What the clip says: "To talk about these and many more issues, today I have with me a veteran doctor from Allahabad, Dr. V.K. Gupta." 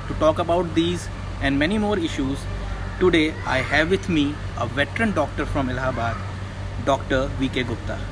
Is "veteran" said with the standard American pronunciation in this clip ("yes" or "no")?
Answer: yes